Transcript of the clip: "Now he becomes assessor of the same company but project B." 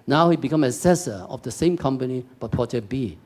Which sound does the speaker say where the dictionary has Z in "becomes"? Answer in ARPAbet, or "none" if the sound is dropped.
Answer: none